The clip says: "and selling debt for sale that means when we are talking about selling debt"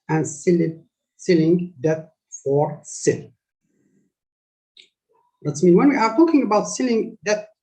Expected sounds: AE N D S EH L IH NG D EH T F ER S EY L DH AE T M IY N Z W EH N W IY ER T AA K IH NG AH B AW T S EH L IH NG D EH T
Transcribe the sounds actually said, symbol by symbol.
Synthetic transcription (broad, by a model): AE N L S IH L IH NG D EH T F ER S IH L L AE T M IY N W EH N W IY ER T AA K IH NG AH B AW T S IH L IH NG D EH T